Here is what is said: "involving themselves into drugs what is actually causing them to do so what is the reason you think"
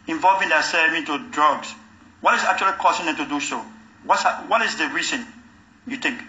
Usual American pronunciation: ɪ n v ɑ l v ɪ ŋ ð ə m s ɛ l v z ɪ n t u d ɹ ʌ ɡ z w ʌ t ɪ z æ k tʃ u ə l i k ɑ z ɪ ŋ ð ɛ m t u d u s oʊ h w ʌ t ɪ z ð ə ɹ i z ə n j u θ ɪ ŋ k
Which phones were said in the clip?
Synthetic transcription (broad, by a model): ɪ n v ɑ l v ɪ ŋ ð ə s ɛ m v ɪ n t u d ɹ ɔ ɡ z w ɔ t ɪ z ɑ k tʃ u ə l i k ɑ s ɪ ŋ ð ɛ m t u d u s oʊ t w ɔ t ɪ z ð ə ɹ i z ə n j u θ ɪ ŋ k